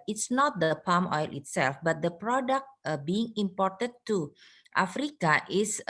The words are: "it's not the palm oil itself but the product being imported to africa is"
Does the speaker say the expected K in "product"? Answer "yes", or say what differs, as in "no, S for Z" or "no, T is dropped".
yes